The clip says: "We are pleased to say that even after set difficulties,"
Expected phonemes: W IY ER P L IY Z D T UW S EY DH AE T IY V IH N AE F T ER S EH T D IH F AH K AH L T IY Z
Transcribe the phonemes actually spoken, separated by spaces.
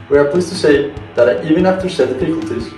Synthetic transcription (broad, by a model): W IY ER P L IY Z T UW S EY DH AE T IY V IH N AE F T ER SH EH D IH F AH K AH L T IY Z